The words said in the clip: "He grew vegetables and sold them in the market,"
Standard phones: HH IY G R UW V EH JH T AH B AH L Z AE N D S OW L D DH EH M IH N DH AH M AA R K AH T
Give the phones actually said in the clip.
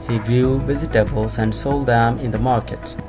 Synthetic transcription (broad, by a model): HH IY G R UW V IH Z T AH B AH L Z AE N D S OW L D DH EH M IH N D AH M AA R K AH T